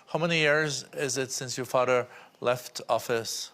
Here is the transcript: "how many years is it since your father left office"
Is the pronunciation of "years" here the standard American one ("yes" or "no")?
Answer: yes